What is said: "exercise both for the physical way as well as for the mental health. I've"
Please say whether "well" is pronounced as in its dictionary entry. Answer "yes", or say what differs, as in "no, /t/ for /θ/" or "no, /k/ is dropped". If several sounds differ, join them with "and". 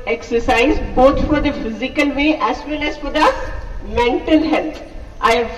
no, /n/ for /l/